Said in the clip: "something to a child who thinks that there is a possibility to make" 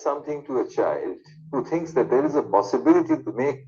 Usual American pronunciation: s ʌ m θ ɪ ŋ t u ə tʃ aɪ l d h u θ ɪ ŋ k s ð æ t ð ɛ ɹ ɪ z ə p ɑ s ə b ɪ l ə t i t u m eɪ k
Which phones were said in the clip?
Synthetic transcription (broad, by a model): s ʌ m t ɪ ŋ t u ə tʃ aɪ l d h u t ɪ ŋ k s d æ t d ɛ ɹ ɪ z ə p ɑ s ə b ɪ l ə t i t u m eɪ k